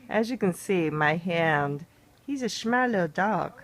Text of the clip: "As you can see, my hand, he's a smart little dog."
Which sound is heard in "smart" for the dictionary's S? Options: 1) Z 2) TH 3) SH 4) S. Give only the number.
3